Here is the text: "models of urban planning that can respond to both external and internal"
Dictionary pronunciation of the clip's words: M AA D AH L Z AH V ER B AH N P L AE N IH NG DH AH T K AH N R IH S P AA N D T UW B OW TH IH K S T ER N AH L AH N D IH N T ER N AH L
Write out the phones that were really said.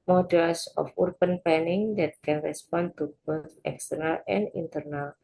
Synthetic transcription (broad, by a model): M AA D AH L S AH F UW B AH N P EH N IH NG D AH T K AH N R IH S P AA N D T UW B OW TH IH K S T ER N AH L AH N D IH N T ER N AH L